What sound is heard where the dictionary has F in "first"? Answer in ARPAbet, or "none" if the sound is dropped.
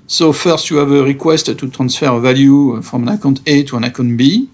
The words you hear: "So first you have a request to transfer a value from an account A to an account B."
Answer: F